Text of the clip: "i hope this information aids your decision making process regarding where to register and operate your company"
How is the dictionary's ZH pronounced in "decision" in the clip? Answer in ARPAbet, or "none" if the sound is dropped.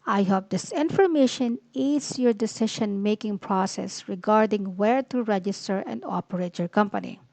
SH